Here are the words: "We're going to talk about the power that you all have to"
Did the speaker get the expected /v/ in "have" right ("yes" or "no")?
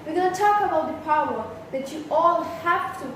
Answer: no